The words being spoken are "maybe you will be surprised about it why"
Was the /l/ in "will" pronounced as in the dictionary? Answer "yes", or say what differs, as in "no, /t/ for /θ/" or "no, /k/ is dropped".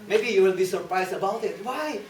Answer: no, /n/ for /l/